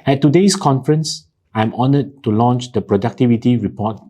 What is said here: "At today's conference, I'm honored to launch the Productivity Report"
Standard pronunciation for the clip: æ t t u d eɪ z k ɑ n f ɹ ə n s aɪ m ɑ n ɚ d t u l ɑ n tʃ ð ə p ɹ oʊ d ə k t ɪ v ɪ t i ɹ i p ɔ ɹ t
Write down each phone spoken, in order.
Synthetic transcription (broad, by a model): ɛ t t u d eɪ s k ɑ n f ɹ ə n s aɪ m ɑ n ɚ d t u l ɑ n tʃ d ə p ɹ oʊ d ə k t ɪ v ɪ t i ɹ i p ɔ t